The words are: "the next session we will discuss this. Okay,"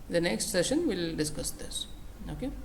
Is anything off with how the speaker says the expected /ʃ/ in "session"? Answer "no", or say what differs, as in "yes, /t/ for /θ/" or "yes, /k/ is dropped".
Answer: no